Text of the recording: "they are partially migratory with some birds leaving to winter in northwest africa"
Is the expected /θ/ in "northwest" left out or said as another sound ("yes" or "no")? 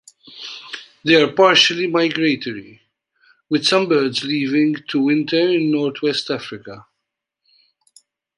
yes